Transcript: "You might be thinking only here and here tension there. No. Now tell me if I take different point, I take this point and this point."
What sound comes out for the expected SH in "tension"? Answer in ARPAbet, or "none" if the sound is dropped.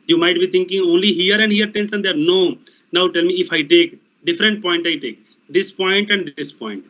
S